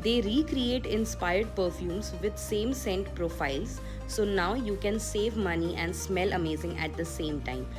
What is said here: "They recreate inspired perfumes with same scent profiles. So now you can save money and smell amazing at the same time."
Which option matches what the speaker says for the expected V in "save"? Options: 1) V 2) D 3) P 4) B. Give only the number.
1